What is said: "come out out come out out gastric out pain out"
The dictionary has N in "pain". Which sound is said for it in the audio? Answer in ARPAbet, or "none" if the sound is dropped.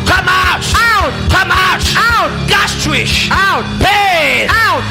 none